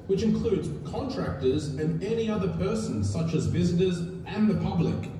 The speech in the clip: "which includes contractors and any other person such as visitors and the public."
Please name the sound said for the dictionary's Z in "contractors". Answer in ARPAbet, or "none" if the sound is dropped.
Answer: Z